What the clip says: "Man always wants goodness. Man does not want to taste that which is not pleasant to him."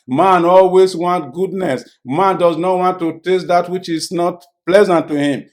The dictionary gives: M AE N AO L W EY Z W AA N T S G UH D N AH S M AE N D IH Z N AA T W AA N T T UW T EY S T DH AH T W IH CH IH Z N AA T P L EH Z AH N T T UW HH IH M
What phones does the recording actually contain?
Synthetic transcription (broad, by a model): M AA N AO L W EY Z W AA N T G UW D N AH S M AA N D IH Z N AA T W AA N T T UW T EY S T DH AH T W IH CH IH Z N AA T P L EH Z AH N T T UW HH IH M